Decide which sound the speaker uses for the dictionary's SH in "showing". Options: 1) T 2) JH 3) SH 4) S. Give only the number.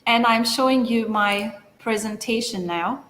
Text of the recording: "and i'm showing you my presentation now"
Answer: 3